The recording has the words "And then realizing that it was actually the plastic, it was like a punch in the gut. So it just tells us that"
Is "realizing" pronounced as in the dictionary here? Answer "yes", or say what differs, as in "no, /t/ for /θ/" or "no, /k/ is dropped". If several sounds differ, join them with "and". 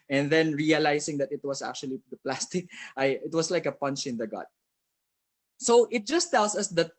no, /s/ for /z/